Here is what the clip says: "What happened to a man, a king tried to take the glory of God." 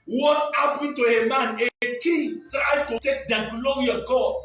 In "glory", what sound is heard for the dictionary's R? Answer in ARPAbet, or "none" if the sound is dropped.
none